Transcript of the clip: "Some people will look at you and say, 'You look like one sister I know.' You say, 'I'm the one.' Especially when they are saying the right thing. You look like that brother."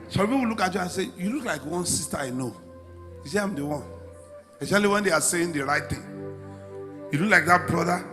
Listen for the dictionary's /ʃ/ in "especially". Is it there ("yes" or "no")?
no